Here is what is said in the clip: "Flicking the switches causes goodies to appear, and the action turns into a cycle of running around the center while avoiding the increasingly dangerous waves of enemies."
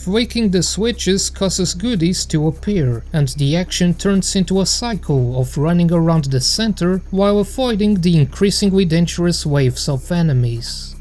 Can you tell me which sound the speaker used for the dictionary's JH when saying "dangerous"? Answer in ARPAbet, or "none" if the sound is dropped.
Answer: CH